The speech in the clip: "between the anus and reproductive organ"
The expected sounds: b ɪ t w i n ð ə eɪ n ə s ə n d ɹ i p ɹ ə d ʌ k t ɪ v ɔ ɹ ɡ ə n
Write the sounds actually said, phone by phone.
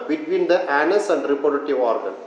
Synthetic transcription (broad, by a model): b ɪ t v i n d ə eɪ n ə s ə n d ɹ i p ə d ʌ t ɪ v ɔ ɹ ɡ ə n